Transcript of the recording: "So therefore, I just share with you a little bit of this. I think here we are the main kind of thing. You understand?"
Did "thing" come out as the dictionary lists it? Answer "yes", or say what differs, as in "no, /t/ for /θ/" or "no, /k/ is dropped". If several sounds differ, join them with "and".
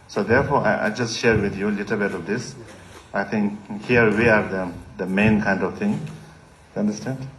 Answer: no, /t/ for /θ/